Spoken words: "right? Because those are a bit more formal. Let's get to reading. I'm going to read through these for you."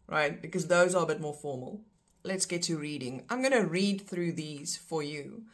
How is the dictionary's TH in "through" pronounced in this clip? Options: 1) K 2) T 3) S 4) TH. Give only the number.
4